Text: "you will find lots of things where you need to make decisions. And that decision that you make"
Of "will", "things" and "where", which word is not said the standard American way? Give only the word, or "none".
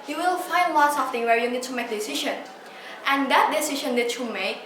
things